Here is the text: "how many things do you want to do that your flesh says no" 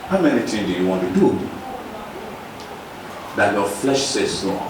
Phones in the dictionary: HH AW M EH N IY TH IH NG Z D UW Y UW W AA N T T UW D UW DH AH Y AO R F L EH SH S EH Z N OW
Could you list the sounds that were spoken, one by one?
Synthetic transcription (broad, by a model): HH AW M EH N IY T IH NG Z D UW Y UW W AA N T T UW D UW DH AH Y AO F L EH SH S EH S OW